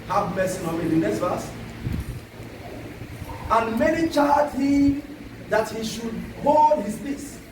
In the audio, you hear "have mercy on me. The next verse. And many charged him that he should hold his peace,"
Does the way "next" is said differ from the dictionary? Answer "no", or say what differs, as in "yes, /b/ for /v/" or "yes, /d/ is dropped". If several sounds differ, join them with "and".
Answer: yes, /k/ is dropped